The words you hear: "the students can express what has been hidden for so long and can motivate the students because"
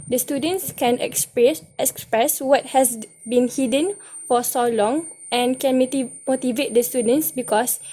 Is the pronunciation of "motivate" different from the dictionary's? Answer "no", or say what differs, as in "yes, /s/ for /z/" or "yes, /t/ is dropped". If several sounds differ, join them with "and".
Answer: no